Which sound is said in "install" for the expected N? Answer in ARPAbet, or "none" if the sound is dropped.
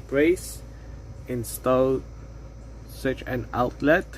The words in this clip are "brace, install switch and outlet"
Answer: N